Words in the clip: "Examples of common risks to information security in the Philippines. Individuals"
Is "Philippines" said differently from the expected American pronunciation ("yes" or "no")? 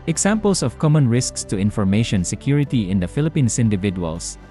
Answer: yes